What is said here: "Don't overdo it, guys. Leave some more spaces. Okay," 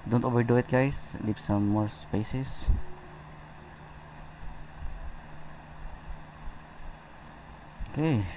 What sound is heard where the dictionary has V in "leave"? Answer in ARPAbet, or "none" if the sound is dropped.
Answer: P